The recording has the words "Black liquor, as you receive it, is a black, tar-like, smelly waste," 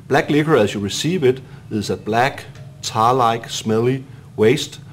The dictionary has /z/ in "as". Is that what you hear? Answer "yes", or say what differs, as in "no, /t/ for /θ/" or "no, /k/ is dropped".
no, /s/ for /z/